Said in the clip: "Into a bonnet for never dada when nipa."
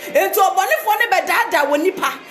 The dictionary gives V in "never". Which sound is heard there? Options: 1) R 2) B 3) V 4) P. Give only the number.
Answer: 2